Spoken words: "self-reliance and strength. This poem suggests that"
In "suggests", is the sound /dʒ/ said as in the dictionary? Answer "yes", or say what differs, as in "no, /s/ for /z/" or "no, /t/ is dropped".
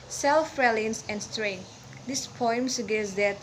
no, /dʒ/ is dropped